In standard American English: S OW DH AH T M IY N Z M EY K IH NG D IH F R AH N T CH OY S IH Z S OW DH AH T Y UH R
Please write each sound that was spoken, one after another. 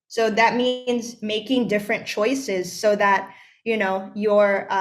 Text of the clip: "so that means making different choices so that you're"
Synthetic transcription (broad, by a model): S OW DH AH T M IY N Z M EY K IH NG D IH F R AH N CH OY S IH Z S OW DH AH T Y UH R